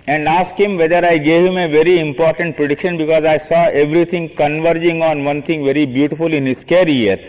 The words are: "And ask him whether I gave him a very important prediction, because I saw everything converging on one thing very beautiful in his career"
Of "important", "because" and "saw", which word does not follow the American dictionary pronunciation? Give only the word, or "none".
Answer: none